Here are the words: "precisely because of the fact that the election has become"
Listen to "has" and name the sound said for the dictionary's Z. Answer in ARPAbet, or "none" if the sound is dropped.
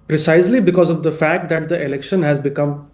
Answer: Z